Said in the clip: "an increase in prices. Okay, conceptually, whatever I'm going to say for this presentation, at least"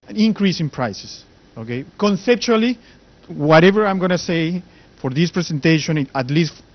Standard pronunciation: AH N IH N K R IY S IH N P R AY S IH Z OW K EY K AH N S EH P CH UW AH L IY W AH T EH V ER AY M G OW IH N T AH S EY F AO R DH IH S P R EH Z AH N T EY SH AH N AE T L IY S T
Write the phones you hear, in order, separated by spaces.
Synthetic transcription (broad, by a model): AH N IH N K R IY S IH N P R AY S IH S OW K EY K AH N S EH P CH UW AH L IY W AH T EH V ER AY M G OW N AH S EY F AO R DH IH S P R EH S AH N T EY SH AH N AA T L IY S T